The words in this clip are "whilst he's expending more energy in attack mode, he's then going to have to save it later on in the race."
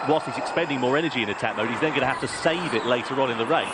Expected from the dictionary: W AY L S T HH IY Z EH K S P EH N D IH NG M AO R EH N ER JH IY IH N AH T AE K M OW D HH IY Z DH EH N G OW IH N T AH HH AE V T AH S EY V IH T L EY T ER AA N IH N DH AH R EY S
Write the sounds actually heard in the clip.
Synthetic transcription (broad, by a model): W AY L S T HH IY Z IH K S P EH N D IH NG M AO R EH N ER JH IY IH N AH T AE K M OW D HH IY Z DH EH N G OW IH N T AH HH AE F T AH S EY V IH T L EY T ER AA N IH N DH AH R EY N